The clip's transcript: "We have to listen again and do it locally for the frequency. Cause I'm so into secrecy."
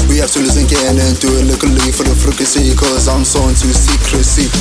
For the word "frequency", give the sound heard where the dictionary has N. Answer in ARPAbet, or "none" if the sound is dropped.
none